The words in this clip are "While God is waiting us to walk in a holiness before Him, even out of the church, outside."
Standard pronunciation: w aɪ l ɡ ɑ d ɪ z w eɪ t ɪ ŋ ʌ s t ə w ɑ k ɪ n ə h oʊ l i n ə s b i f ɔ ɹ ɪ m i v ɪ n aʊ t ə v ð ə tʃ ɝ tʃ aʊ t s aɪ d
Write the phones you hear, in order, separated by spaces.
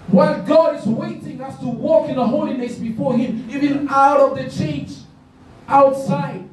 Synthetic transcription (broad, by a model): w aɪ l ɡ ɑ d ɪ z w eɪ t ɪ ŋ ʌ s t ə w ɑ k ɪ n ə h oʊ l i n ə s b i f ɔ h ɪ m i v ɪ n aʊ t ə v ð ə tʃ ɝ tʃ aʊ t s aɪ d